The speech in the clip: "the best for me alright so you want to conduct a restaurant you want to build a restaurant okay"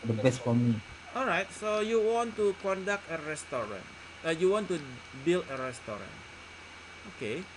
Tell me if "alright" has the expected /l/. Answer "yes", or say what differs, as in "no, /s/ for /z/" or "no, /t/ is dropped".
yes